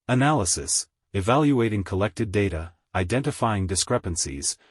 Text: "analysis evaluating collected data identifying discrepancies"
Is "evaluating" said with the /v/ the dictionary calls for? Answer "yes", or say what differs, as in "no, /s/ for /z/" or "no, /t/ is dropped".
yes